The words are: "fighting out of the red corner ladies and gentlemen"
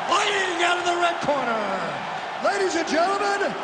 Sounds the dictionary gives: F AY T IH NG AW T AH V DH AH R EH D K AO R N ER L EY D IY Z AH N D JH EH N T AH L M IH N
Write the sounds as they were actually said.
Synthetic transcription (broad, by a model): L AY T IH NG AW T AH V DH AH R EH D K AO R N ER L EY D IY Z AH N JH EH N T L M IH N